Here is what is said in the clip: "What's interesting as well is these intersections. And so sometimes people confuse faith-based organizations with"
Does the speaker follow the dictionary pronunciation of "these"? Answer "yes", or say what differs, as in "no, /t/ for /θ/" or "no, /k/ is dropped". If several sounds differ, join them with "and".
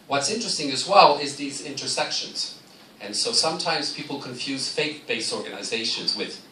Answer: yes